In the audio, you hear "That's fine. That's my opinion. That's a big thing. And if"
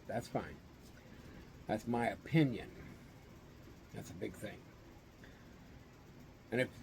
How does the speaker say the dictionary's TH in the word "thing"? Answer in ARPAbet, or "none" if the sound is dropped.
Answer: TH